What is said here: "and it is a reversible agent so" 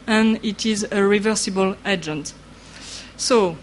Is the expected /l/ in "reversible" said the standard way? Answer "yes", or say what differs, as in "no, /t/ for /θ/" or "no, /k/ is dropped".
yes